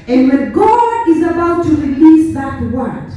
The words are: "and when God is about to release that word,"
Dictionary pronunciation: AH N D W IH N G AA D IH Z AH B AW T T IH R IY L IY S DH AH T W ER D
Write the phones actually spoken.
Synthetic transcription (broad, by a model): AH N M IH G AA IH Z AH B AW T T IH R IY L IY S DH AH T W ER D